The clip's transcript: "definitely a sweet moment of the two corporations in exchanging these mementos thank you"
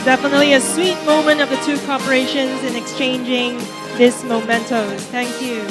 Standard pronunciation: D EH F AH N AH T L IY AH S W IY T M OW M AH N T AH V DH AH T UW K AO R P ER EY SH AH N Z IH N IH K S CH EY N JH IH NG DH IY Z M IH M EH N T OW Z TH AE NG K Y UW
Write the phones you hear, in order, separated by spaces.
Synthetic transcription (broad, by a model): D EH F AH N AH T L IY AH S W IY T M OW M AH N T AH V DH AH T UW K AO R P ER EY SH AH N Z IH N IH K S CH EY N JH IH NG DH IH S M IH M EH N T OW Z TH AE NG K Y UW